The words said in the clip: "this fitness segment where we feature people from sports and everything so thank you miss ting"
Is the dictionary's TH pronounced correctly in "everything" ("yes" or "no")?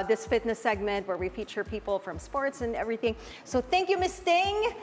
yes